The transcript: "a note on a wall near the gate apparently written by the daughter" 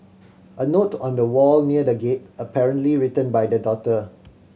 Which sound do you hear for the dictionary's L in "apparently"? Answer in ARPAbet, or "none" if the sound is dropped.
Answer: L